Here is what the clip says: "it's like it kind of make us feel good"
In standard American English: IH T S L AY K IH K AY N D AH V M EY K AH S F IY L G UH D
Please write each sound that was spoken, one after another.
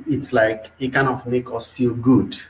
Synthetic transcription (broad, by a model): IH T S L AY K IH K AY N AH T M EY K AH S F IY L G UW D